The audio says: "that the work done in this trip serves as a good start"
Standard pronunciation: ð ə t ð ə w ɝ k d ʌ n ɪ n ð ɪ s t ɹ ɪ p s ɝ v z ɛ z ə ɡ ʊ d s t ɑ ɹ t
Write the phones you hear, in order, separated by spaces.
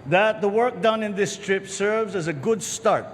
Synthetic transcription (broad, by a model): ð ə t ð ə w ɝ k d ʌ n ɪ n ð ɪ s t ɹ ɪ p s ɝ v z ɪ z ə ɡ ʊ d s t ɑ ɹ t